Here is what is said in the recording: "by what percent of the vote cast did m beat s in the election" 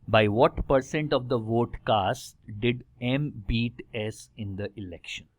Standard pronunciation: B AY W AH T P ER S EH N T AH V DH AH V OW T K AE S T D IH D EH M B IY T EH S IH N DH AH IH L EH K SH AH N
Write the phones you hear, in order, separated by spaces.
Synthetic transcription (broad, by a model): B AY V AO T P ER S EH N T AH V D AH V OW T K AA S T D IH D EH M B IY T EH S IH N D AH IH L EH K SH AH N